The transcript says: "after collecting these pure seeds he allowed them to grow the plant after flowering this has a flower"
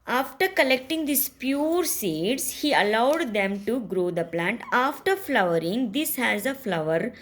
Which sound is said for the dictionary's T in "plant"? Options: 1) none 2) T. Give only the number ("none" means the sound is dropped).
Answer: 2